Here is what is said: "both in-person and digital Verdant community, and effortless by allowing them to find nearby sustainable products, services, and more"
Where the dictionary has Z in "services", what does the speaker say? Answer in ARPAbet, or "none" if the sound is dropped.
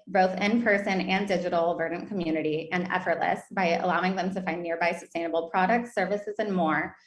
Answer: Z